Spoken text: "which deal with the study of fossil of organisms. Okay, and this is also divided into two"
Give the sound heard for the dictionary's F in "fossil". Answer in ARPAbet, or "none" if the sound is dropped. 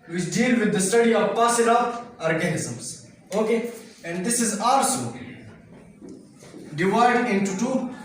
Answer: P